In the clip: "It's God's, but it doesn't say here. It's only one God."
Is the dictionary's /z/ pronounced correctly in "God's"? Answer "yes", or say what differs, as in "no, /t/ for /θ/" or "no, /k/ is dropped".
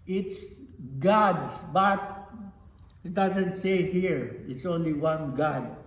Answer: no, /s/ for /z/